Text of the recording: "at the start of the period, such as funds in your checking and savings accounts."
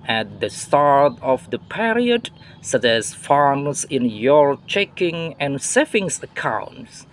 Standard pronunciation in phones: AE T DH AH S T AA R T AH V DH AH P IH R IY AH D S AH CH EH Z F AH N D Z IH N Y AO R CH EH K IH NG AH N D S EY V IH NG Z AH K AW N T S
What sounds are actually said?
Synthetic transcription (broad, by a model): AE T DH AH S T AA R T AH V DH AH P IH R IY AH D S AH CH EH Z F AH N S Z IH N Y AO R CH EH K IH NG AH N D S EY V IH NG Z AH K AW N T S